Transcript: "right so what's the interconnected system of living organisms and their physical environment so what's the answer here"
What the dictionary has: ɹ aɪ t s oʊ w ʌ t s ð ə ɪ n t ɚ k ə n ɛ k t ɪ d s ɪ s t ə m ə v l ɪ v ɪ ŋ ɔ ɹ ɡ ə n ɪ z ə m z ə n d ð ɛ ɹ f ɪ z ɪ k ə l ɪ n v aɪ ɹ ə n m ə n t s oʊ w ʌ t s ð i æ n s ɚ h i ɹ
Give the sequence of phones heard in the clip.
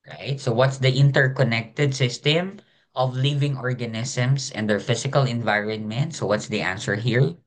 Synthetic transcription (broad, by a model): ɹ aɪ t s oʊ w ʌ t s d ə ɪ n t ɚ k ə n ɛ k t ɪ d s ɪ s t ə m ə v l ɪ v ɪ ŋ ɔ ɹ ɡ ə n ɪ s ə m s ə n d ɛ ɹ f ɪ s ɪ k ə l ɪ n v aɪ ɹ ə n m ə n t s oʊ w ʌ t s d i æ n s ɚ h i ɹ